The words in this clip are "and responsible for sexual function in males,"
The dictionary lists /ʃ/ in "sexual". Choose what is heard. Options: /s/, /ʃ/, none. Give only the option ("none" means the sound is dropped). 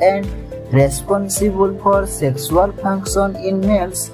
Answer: /s/